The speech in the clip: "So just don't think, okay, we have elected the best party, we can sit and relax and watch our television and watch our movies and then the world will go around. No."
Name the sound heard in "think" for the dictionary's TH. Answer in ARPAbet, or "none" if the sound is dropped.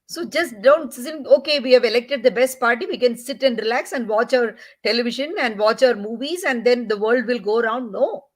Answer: S